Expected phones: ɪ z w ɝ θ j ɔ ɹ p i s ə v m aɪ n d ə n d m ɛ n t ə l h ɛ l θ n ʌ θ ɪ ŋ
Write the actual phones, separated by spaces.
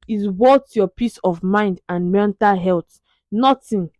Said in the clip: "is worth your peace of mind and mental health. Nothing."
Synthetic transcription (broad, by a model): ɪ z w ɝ t j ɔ p i s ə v m aɪ n d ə n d m ɛ n t ə l h ɛ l t n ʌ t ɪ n